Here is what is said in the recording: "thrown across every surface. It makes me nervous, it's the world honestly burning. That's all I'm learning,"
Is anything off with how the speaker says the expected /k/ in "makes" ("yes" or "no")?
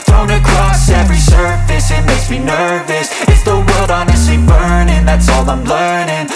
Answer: yes